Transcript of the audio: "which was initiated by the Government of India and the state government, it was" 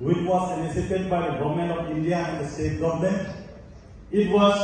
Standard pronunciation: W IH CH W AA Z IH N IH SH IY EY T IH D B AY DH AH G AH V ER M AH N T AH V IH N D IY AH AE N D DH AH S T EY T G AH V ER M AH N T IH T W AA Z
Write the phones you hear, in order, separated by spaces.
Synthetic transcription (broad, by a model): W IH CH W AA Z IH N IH S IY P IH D B AY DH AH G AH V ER M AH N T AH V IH N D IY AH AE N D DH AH S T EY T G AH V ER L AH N IH T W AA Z